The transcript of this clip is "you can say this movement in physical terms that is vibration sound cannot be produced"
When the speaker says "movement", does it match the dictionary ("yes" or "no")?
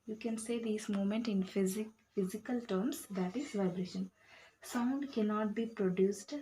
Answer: no